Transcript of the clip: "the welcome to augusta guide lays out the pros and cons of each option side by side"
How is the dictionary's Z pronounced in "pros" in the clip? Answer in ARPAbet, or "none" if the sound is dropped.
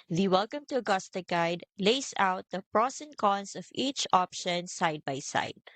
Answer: S